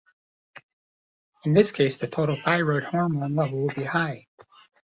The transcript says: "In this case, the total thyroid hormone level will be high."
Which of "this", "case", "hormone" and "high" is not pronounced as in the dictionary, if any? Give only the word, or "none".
none